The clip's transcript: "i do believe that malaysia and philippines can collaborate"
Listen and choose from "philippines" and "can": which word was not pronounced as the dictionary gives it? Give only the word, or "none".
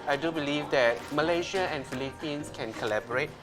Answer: philippines